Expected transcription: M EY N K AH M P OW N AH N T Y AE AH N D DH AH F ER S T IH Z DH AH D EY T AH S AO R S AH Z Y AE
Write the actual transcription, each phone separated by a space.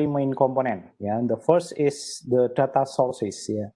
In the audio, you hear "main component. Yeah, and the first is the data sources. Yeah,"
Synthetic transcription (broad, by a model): M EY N K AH M P OW N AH N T Y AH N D AH F ER S T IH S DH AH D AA T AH S AO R S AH S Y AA